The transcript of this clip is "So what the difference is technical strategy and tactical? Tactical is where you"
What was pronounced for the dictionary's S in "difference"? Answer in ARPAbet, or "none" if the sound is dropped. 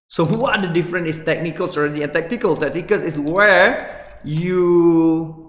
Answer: none